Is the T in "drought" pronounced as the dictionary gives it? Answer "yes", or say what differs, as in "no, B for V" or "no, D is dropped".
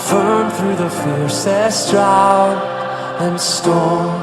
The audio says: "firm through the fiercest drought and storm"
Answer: no, T is dropped